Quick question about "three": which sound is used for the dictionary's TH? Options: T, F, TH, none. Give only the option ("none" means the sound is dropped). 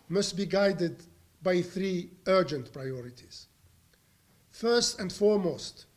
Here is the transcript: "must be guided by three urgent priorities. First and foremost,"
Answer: TH